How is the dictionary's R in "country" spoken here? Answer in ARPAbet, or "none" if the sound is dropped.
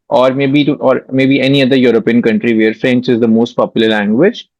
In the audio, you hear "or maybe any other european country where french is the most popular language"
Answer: R